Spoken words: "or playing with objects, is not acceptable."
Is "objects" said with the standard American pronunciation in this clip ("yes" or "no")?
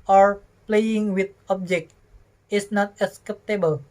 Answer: no